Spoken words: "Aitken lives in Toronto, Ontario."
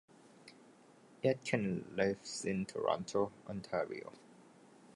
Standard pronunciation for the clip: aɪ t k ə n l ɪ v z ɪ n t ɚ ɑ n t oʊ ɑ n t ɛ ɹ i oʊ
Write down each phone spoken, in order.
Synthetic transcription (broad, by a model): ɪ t k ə n l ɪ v s ɪ n t ɚ ɑ n t oʊ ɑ n t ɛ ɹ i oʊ